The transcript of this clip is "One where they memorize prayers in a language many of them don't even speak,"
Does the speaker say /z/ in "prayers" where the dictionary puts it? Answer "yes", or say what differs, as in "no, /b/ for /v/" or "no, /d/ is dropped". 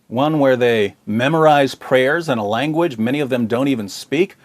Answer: yes